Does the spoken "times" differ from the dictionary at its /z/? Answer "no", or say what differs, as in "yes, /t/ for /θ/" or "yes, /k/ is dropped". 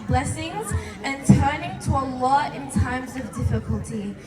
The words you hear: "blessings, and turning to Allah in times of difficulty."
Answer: no